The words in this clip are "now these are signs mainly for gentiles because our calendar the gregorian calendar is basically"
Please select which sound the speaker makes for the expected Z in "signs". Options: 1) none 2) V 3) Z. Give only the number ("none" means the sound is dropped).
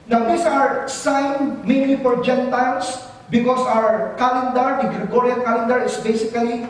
1